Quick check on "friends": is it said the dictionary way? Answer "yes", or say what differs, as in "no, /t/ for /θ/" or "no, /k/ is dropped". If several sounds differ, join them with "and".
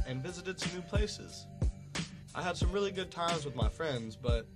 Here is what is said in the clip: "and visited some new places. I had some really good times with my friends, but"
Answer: yes